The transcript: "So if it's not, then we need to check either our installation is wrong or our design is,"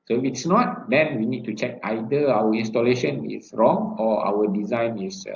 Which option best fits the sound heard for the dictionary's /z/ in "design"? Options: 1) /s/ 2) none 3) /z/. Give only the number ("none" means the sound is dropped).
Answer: 3